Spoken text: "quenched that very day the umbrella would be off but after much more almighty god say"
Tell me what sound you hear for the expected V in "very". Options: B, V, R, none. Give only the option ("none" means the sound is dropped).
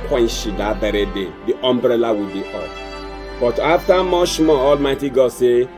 B